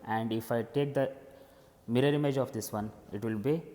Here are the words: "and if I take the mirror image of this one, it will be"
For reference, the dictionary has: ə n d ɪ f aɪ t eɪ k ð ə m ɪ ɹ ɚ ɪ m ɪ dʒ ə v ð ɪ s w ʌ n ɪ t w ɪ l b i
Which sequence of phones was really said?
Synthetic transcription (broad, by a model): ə n d ɪ f aɪ t eɪ k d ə m ɪ ɹ ɚ ɪ m ɪ dʒ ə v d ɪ s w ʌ n ɪ t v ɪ l b i